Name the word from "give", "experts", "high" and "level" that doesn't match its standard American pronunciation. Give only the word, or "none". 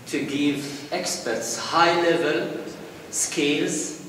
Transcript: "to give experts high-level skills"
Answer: none